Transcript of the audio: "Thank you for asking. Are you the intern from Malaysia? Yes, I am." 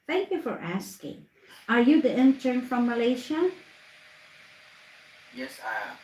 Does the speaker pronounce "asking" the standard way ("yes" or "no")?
yes